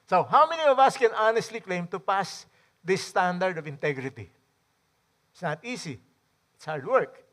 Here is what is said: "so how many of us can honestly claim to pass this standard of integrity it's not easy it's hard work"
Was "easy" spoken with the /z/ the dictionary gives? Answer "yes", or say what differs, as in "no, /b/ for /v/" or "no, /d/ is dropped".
no, /s/ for /z/